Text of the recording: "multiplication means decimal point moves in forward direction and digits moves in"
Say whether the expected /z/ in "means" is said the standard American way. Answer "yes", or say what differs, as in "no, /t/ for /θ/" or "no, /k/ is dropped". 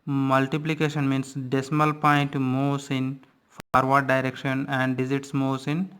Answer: no, /s/ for /z/